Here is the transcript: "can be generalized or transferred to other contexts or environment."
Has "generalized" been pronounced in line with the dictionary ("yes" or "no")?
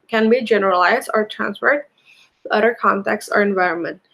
yes